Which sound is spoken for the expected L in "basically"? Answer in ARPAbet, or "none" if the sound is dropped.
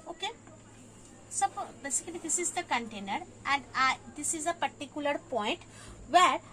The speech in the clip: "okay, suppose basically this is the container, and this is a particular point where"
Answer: N